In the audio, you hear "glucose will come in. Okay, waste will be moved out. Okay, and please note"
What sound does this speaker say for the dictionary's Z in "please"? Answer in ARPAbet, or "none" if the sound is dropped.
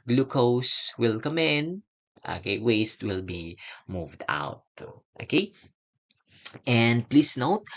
S